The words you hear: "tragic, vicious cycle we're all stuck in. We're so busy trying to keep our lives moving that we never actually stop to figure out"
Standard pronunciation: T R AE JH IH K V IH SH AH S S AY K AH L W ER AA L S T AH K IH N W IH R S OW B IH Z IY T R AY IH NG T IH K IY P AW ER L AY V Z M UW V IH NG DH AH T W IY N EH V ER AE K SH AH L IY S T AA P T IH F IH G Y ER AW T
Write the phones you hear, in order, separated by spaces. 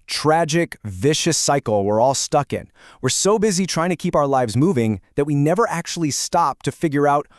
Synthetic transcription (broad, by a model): T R AE JH IH K V IH SH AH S S AY K L W ER AA L S T AH K IH N W IH R S OW B IH Z IY T R AY IH NG T IH K IY P AW ER L AY V Z M UW V IH NG DH AH T W IY N EH V ER AE K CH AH L IY S T AA P T IH F IH G Y ER AW T